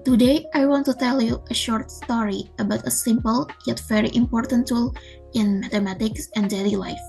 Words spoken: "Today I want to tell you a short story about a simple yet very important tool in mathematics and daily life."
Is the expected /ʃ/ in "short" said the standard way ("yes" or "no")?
yes